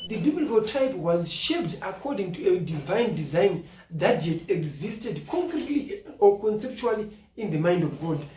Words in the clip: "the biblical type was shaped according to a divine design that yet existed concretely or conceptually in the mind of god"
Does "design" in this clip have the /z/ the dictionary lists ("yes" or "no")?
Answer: yes